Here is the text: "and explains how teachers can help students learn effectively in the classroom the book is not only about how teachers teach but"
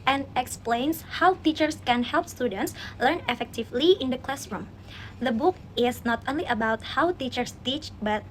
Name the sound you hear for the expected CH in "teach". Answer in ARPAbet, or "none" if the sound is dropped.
CH